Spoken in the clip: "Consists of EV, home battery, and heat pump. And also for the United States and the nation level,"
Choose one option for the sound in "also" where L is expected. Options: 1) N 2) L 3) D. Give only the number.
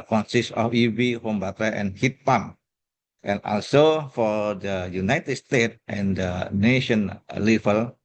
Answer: 2